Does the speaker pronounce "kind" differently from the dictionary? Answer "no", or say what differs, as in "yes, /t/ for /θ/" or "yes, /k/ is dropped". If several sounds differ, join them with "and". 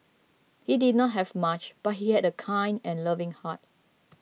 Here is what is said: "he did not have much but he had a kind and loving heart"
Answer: no